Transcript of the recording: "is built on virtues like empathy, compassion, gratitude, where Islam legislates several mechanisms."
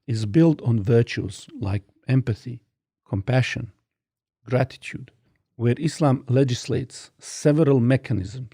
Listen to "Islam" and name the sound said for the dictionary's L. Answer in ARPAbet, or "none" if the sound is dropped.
L